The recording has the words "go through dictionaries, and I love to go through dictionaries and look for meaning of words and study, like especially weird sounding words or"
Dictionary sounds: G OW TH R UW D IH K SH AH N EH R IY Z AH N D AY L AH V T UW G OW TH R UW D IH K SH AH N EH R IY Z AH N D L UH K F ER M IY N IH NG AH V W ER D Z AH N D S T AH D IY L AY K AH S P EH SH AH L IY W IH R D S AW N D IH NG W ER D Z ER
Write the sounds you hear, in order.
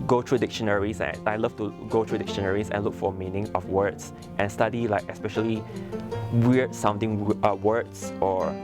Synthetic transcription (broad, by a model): G OW T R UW D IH K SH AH N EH R IY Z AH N AY L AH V T UW G OW T R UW D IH K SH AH N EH R IY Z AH N L UH K F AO M IY N IH NG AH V W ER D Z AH N S T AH D IY L AY K AH S P EH SH AH L IY W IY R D S AW N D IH NG W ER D S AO